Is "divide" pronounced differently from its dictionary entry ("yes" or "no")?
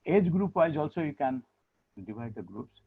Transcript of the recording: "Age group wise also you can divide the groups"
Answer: yes